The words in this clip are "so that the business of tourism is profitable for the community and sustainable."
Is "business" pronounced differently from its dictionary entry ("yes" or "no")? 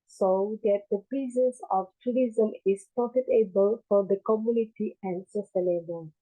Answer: yes